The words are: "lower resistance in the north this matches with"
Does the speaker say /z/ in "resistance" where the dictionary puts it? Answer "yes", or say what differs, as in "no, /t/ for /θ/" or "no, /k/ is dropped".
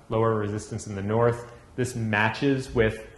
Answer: yes